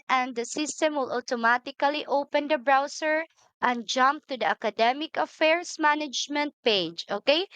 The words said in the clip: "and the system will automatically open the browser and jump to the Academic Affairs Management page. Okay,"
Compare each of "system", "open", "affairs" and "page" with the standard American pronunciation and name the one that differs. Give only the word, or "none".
affairs